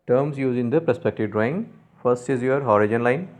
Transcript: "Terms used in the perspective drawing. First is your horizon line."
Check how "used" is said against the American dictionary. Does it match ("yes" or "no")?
no